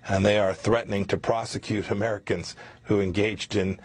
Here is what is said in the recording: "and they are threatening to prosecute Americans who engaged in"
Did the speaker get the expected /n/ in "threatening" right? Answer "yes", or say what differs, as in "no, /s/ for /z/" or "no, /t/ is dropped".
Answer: yes